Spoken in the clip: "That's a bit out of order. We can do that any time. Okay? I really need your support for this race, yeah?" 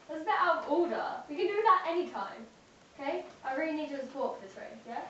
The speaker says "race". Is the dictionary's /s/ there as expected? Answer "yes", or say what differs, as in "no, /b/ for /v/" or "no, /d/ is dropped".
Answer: no, /s/ is dropped